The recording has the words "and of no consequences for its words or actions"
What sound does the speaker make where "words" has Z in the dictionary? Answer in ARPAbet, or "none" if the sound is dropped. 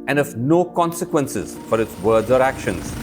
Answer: none